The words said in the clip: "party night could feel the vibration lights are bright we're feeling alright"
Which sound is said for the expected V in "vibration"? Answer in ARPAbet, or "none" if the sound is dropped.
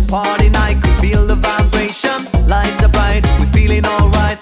V